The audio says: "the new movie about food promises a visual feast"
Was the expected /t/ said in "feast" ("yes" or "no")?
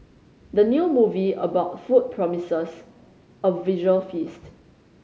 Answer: yes